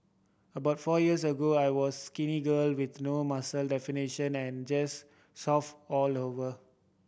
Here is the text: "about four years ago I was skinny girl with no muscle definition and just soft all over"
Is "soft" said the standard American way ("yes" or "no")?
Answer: no